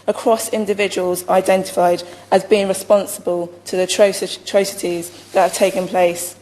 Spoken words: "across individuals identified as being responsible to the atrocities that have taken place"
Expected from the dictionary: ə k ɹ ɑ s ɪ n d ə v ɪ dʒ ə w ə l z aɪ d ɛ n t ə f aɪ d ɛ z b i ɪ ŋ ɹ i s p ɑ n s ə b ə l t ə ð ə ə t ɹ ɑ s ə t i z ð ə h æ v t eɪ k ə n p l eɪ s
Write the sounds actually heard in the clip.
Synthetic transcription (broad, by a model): ə k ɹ ɑ s ɪ n d ə v ɪ dʒ ə w ə l z aɪ d ɛ n t ə f aɪ d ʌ z b i ɪ ŋ ɹ i s p ɑ n s ə b ə l t ə ð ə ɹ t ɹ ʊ s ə t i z ð ə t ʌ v t eɪ k ə n p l eɪ s